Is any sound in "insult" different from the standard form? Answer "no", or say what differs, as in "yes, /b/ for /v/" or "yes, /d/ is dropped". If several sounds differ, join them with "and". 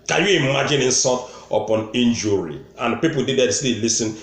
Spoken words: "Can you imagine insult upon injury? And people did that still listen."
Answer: yes, /l/ is dropped